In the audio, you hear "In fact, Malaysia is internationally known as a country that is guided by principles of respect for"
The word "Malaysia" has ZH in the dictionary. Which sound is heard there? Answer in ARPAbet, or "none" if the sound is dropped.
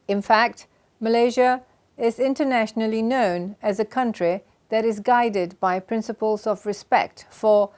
ZH